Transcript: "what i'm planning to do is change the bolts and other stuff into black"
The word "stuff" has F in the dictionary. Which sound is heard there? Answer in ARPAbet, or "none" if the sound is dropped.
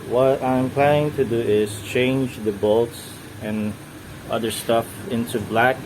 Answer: F